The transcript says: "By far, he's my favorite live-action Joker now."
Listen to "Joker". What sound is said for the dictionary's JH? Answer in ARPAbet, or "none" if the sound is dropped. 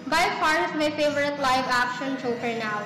CH